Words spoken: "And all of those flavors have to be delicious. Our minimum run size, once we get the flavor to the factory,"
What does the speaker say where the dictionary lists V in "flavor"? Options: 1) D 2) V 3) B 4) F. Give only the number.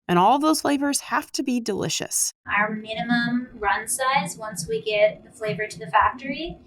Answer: 2